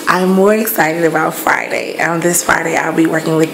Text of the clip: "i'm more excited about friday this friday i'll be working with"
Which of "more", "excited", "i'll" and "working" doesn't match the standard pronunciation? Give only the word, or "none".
none